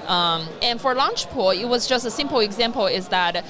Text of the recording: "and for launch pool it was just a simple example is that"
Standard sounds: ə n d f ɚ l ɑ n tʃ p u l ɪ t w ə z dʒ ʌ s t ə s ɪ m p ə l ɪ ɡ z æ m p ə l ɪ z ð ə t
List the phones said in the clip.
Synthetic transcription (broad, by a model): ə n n f ɚ l ɑ n tʃ p u l ɪ t w ə z dʒ ʌ s t ə s ɪ m p l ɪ ɡ z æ m p l ɪ z ð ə t